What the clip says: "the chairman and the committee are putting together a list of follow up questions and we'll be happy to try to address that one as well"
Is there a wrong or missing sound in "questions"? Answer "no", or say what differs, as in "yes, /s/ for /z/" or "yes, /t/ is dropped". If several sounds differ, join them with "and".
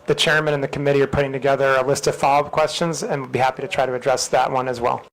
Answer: no